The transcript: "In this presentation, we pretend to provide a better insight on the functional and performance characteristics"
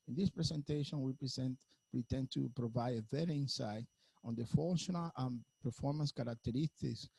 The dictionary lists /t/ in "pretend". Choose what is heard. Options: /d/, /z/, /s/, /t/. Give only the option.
/s/